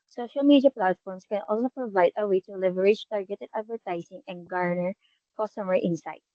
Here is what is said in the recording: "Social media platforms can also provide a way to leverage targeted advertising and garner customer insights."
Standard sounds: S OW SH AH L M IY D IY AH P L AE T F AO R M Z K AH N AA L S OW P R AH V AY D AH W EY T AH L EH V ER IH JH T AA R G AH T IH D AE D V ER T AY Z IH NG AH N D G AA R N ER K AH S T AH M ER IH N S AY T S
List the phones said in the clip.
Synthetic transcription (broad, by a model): S OW SH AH L M IY D IY AH P L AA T F AO R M S K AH N AA L S OW P R AH V AY D AH W EY T AH L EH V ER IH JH T AA R G AH T IH D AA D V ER T AY S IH NG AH N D G AA R N ER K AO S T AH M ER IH N S AY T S